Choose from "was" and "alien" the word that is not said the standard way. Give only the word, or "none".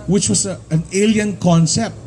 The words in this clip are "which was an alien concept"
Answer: was